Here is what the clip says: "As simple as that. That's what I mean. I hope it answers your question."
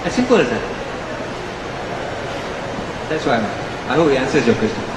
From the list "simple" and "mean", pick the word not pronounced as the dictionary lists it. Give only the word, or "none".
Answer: mean